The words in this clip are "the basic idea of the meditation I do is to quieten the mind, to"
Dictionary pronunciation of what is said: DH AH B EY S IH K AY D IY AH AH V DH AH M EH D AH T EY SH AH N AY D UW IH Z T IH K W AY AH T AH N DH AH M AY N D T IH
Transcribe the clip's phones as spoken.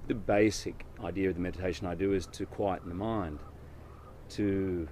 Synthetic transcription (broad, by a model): DH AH B EY S IH K AY D IY AH AH V DH AH M EH D AH T EY SH AH N AY D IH IH Z T IH K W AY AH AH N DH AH M AY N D T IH